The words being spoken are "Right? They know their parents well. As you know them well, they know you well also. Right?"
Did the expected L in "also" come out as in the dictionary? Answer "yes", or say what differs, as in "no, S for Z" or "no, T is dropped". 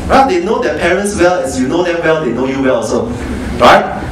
no, L is dropped